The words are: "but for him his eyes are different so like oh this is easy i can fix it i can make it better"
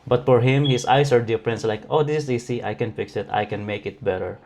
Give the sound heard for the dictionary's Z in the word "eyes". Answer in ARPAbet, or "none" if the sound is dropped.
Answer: S